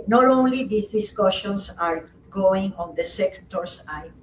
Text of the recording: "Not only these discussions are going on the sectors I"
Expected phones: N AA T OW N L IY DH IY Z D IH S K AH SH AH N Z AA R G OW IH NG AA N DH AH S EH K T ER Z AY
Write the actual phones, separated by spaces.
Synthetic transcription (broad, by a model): N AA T OW N L IY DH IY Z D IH S K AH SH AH N S AA R G OW IH NG AA N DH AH S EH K T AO S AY